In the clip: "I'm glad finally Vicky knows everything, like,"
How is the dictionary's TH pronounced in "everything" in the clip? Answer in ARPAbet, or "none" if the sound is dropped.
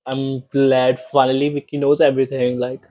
T